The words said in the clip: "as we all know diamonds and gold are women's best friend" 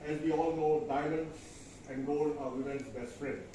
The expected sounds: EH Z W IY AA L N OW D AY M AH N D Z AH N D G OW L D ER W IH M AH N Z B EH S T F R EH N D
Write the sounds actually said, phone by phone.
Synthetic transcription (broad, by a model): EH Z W IY AA L N OW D AY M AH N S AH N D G OW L ER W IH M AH N S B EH S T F R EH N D